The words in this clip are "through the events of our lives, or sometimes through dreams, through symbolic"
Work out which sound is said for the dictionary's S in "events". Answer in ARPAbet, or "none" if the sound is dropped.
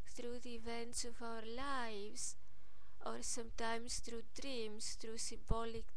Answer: S